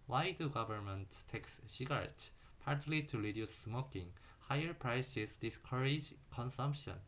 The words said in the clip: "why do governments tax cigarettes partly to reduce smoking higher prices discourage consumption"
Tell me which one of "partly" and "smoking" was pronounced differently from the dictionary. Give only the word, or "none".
none